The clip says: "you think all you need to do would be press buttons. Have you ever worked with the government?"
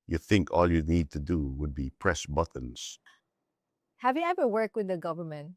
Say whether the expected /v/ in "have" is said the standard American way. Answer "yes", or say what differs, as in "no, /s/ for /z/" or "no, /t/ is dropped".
yes